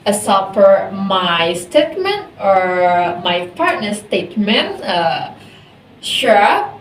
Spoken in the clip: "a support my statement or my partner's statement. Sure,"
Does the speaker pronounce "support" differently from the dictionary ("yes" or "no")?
yes